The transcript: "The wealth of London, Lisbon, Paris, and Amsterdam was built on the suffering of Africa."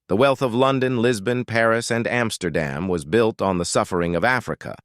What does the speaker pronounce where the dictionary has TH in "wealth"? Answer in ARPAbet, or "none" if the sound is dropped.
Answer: TH